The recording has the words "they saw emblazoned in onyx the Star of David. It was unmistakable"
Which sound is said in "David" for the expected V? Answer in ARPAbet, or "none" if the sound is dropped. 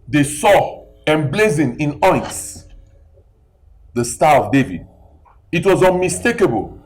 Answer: V